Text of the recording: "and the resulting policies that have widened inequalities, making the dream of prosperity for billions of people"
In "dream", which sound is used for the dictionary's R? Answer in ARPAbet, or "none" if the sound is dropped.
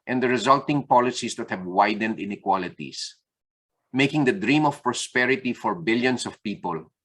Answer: R